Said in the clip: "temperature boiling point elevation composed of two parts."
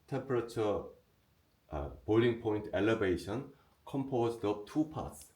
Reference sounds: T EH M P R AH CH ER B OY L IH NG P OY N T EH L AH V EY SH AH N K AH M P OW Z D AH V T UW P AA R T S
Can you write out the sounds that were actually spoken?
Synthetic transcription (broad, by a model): T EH M P R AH CH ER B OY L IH NG P OY N T EH L AH V EY SH AH N K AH M P OW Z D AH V T UW P AA T S